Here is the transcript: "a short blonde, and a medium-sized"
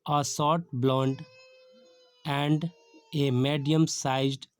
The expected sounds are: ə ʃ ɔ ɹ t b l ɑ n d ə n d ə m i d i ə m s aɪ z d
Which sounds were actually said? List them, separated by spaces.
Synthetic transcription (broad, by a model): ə s ɔ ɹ t b l ɑ n d ə n d ə m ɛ d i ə m s aɪ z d